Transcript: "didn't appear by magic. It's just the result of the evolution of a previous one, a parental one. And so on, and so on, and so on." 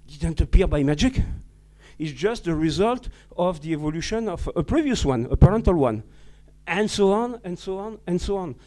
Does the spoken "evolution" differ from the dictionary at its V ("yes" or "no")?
no